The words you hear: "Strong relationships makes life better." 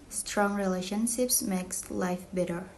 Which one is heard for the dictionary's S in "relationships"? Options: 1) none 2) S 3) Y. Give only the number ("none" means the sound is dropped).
2